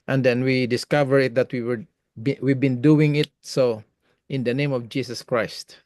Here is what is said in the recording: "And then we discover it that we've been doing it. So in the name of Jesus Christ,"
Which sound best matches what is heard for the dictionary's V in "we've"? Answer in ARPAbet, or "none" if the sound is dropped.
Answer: W